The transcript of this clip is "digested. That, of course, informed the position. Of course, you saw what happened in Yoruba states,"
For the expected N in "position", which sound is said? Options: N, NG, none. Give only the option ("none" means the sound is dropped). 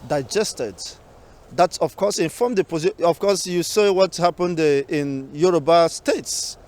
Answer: none